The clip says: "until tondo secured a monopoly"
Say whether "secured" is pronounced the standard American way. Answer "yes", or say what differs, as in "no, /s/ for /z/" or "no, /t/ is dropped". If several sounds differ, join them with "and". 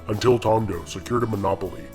yes